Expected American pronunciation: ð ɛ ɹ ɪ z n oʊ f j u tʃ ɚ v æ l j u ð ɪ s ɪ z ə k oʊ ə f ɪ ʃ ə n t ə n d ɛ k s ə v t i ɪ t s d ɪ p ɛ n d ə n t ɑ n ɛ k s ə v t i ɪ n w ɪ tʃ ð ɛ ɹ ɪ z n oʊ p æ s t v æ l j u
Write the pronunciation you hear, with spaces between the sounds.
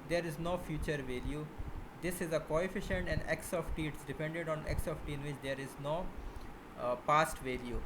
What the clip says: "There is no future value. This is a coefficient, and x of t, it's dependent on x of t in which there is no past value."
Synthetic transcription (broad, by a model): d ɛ ɹ ɪ z n oʊ f j u tʃ ɚ v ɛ l j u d ɪ s ɪ z ə k oʊ ə f ɪ ʃ ə n t ə n d ɛ k s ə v t i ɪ t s d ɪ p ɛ n d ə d ɑ n ɛ k s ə f t i ɪ n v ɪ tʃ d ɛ ɹ ɪ z n oʊ p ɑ s t v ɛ l j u